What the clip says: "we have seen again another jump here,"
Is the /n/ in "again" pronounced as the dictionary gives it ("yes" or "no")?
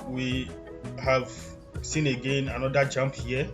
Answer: yes